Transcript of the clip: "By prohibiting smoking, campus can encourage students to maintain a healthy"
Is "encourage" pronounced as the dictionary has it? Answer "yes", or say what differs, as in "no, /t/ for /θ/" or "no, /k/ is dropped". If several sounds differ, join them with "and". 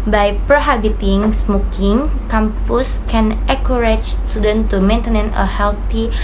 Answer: no, /n/ is dropped